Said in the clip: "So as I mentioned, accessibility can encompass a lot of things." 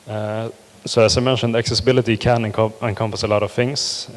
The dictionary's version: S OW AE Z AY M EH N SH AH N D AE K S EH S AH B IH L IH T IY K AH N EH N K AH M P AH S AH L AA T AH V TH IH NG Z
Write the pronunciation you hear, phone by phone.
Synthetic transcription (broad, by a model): S OW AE S AY M EH N SH AH N D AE K S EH S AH B IH L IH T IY K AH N EH N K AH M P AH S AH L AA T AH V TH IH NG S